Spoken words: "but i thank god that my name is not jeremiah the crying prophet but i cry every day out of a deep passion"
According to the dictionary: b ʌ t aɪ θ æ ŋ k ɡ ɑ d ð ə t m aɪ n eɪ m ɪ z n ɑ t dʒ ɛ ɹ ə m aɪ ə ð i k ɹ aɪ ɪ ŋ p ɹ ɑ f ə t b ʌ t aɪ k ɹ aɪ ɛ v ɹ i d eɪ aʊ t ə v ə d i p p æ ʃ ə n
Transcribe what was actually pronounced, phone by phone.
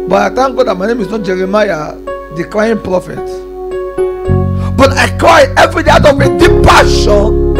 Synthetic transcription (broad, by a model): b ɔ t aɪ t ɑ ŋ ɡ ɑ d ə t m aɪ n eɪ m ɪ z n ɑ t dʒ ɛ ɹ ə m aɪ ə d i k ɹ aɪ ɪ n p ɹ ɑ f ə t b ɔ t aɪ k ɹ aɪ ɛ v ɹ i d eɪ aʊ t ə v ə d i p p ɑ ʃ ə n